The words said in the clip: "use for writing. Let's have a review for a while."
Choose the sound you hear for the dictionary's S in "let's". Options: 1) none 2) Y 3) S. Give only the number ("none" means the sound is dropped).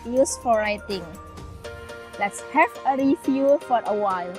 3